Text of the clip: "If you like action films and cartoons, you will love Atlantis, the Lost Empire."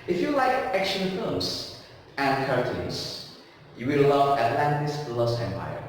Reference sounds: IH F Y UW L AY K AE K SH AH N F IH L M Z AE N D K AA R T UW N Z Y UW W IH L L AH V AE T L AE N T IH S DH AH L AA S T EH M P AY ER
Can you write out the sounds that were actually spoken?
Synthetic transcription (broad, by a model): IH F Y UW L AY K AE K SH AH N F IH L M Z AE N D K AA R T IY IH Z Y UW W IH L L AH V AE T L AE N T IH S L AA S EH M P AY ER